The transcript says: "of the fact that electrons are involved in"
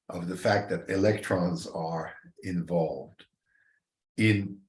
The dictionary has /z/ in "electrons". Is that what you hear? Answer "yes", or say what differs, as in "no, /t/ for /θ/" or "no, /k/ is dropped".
yes